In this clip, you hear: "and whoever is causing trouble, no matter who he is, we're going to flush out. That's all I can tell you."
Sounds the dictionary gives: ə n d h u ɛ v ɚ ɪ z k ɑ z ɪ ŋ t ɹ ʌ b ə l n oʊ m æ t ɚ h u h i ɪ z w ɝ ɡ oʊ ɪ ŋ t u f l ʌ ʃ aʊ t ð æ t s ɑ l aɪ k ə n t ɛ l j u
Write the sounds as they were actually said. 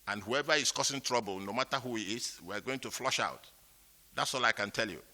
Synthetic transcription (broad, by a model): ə n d h u ɛ v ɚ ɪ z k ɑ s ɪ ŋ t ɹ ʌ b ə l n oʊ m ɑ t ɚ h u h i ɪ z w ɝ ɡ oʊ ɪ ŋ t u f l ʌ ʃ aʊ t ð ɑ t s ɑ l aɪ k ə n t ɛ l j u